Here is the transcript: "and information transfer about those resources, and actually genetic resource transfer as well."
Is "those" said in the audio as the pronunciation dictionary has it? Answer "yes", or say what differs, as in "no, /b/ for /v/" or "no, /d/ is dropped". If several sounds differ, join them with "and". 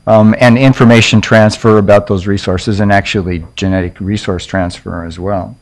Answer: yes